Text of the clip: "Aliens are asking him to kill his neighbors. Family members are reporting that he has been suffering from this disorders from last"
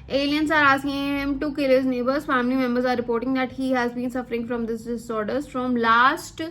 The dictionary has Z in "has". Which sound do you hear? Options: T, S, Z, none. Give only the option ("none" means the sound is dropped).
Z